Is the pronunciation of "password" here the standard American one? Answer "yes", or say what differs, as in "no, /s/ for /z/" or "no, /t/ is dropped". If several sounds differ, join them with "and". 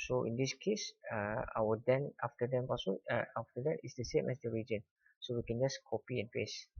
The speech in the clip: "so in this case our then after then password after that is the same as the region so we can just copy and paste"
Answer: no, /d/ is dropped